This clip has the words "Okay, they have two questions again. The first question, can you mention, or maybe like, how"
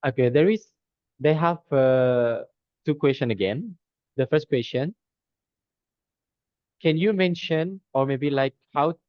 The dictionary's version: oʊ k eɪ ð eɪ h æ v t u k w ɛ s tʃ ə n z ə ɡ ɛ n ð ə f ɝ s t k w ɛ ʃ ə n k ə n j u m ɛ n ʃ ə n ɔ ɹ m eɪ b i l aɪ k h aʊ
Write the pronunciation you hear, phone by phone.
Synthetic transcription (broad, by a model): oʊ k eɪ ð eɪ h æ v t u k w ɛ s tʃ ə n ə ɡ ɛ n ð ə f ɝ s t k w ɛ s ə n k ə n j u m ɛ n ʃ ə n ɔ ɹ m eɪ b i l aɪ k h aʊ